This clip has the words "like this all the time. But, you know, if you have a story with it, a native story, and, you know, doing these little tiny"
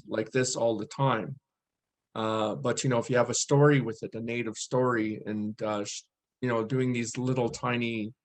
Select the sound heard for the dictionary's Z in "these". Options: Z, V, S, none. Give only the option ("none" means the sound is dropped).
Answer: Z